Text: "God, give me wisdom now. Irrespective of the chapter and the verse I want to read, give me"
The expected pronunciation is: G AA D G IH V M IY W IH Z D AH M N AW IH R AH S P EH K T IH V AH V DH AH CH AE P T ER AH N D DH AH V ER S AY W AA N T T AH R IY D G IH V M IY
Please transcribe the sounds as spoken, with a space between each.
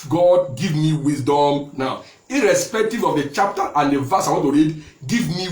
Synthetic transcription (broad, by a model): G AA D G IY V M IY W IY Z D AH M N AW IH R AH S P EH K T IH V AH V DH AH CH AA P T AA AH N D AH V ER S AY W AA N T T AH R IY D G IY V M IY